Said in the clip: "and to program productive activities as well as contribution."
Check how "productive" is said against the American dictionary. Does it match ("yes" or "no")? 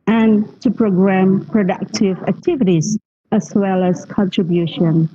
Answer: yes